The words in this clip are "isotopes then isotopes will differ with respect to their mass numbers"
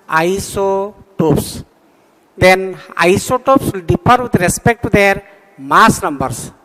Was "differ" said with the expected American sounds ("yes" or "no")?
no